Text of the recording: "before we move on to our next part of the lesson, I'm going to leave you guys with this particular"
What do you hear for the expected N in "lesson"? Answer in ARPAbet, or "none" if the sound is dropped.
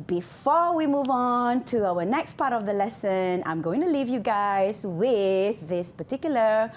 N